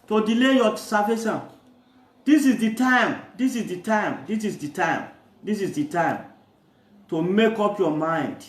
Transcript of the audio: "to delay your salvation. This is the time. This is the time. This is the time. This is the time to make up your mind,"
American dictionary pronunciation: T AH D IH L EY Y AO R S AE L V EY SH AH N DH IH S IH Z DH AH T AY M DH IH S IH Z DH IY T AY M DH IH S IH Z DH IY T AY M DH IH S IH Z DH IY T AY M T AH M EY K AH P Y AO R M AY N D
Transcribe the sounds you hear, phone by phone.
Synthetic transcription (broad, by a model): T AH D IH L EY Y AO S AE V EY S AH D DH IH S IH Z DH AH T AY M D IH S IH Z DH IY T AY M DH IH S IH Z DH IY T AY M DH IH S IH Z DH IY T AY M T AH M EY K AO P Y AO M AY N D